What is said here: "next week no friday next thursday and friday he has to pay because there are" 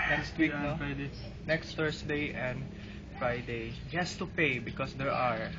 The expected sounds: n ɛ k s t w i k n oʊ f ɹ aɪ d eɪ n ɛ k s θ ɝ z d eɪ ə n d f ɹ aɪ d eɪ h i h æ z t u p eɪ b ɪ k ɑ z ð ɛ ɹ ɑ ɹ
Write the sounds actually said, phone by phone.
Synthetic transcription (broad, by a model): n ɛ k s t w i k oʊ f ɹ aɪ d eɪ n ɛ k s t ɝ s d eɪ ə n d f ɹ aɪ d eɪ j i h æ s t u p eɪ b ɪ k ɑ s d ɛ ɹ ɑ ɹ